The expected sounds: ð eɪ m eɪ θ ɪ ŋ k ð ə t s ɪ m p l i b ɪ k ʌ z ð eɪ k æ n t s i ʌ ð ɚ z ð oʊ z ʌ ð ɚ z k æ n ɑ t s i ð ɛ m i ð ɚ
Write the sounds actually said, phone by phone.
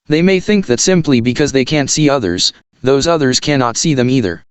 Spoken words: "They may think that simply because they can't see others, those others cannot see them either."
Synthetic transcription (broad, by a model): ð eɪ m eɪ θ ɪ ŋ k ð ə t s ɪ m p l i b ɪ k ʌ z ð eɪ k æ n t s i ʌ ð ɚ z ð oʊ z ʌ ð ɚ z k æ n ɑ t s i ð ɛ m i ð ɚ